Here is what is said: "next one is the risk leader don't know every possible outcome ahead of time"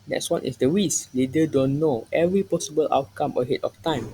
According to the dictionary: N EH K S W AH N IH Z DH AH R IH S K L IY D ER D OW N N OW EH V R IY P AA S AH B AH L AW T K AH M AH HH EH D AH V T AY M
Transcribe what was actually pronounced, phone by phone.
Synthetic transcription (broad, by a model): N EH K S W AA N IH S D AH W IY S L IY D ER D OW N N OW EH V R IY P AA S AH B AH L AW T K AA M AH HH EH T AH F T AY M